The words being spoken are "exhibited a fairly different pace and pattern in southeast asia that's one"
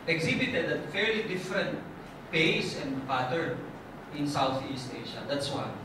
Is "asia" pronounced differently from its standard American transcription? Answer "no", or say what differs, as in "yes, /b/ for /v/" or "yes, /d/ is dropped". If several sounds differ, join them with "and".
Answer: yes, /ʃ/ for /ʒ/